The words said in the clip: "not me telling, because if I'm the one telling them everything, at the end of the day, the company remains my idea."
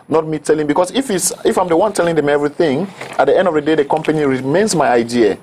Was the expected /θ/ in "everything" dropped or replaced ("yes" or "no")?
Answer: no